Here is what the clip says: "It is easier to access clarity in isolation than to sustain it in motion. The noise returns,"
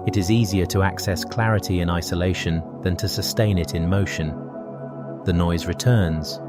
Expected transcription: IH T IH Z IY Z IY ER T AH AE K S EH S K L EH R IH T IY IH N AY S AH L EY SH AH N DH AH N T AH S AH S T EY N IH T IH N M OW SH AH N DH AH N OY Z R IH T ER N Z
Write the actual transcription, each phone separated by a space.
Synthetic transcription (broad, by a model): IH T IH Z IY Z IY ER T AH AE K S EH S K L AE R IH T IY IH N AY S AH L EY SH AH N DH AH N T AH S AH S T EY N IH T IH N M OW SH AH N DH AH N OY Z R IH T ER N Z